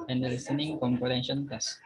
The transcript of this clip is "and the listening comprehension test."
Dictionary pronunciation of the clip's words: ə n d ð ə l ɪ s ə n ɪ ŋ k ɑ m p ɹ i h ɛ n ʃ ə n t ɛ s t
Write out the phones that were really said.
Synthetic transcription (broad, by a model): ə n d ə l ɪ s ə n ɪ ŋ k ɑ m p i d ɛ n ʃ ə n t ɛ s